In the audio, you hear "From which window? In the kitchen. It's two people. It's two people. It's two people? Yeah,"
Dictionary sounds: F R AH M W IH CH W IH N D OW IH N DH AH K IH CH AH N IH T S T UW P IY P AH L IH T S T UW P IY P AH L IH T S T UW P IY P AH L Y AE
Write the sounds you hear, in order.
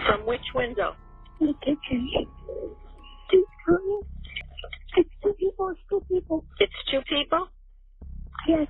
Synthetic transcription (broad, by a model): F R AH M W IH CH W IH N D OW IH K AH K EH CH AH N IH T S T UW P IY P L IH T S T UW P IY P L IH T S T UW P IY P L Y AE